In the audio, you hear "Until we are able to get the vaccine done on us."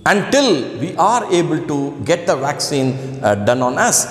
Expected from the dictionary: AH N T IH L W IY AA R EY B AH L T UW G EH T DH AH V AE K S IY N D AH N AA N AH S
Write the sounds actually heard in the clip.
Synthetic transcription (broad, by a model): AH N T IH L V IY AA R EY B AH L T UW G EH T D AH V AE K S IY N D AH N AA N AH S